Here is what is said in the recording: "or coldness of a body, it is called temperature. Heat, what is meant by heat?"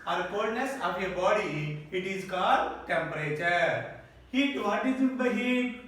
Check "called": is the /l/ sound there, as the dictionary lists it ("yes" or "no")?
no